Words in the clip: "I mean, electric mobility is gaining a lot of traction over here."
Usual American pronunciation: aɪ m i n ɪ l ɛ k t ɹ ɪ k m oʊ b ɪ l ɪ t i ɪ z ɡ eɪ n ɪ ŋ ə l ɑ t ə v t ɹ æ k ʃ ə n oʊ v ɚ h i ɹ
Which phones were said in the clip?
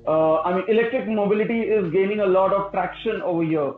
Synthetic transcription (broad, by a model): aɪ m i n ɪ l ɛ k t ɹ ɪ k m oʊ b ɪ l ɪ t i ɪ z ɡ eɪ n ɪ ŋ ə l ɑ t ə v t ɹ æ k ʃ ə n oʊ v ɚ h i ɹ